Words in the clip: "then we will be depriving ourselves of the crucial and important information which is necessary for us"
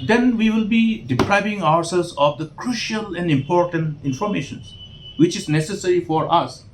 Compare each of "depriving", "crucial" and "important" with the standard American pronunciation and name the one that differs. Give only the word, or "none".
none